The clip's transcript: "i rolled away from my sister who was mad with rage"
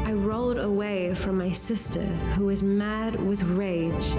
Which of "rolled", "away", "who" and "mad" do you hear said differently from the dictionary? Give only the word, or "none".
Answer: none